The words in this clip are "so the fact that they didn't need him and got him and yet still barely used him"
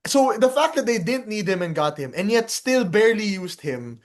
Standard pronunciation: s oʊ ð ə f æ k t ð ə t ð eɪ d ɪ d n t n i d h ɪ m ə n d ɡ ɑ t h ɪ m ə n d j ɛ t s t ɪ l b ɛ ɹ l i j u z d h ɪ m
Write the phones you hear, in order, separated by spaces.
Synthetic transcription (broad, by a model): s oʊ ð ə f æ k t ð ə t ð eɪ d ɪ d n t n i d h ɪ m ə n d ɡ ɑ t h ɪ m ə n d j ɛ t s t ɪ l b ɛ ɹ l i j u s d h ɪ m